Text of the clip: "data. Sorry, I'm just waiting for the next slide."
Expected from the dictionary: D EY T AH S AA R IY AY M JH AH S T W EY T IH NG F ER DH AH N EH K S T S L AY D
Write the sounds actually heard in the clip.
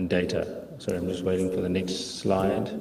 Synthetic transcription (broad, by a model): D EY T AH S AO IY AY M JH AH S T W EY T IH NG F ER DH AH N EH K S T S L AY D